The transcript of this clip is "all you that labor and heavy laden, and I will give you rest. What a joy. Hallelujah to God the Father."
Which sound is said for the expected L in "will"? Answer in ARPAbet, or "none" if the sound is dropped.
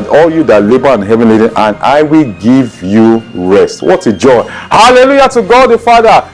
L